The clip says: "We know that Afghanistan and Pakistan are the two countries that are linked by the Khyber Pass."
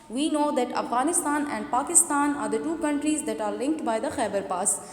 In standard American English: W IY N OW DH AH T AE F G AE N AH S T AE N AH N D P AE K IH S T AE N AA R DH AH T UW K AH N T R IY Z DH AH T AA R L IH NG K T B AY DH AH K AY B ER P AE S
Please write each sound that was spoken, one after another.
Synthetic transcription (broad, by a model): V IY N OW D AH T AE F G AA N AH S T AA N AH N D P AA K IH S T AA N AA R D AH T UW K AH N T R IY Z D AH T AA R L IH NG K T B AY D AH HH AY B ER P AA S